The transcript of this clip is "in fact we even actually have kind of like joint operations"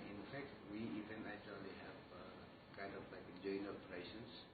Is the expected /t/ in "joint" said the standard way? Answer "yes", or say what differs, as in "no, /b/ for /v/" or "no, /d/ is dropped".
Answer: no, /t/ is dropped